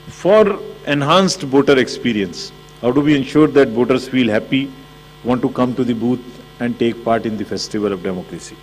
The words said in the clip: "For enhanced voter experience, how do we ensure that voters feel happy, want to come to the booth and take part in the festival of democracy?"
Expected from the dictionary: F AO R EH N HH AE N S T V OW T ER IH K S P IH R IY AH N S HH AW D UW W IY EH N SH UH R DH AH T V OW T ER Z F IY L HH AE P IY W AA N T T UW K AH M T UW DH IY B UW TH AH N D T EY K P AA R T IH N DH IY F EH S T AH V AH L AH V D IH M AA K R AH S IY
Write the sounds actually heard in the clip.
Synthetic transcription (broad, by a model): F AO R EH N HH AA N S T B OW T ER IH K S P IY R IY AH N S HH AW D UW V IY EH N SH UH R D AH T B OW T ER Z F IY L HH AE P IY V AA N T T UW K AH M T UW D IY B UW T AH N D T EY K P AA R T IH N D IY F EH S T AH V AH L AH V D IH M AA K R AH S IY